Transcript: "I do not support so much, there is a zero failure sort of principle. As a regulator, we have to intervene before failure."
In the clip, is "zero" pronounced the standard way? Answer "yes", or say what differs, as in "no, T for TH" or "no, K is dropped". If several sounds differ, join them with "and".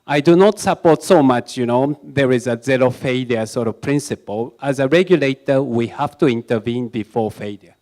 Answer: no, L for R